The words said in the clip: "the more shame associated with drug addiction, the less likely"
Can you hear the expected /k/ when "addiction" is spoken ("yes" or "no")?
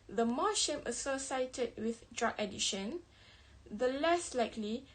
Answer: no